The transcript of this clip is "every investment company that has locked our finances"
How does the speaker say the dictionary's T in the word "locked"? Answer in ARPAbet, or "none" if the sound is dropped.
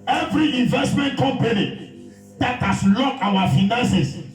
none